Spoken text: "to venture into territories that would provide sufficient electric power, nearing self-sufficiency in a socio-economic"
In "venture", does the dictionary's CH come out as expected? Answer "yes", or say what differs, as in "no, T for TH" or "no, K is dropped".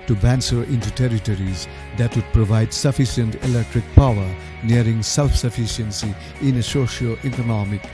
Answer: no, S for CH